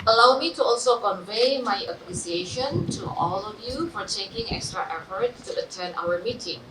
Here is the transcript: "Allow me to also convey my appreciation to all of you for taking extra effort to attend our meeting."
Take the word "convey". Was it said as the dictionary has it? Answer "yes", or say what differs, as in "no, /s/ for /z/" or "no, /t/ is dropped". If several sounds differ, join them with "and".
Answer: yes